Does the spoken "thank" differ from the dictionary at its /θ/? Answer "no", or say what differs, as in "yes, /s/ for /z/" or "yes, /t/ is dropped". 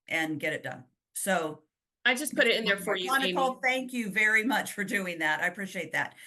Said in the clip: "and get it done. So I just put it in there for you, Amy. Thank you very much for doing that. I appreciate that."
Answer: no